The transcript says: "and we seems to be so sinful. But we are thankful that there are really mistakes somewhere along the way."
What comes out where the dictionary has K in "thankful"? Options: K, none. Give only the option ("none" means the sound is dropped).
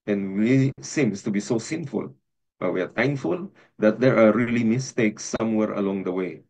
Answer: none